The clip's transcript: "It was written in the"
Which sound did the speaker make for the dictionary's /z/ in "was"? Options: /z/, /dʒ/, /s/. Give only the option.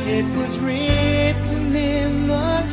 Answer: /z/